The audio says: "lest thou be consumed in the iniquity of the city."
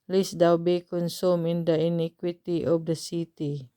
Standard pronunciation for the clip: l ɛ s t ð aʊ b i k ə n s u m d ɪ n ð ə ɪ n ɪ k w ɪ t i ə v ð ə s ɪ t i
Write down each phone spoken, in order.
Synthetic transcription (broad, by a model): l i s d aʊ b i k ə n s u m ɪ n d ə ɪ n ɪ k w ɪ t i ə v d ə s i t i